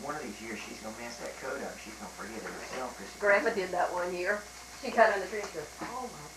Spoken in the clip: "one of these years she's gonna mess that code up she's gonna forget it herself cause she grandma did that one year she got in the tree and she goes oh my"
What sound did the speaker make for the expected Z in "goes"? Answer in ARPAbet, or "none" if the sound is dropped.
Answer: none